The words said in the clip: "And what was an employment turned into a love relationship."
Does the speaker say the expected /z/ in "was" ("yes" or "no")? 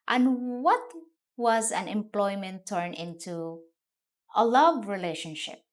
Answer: yes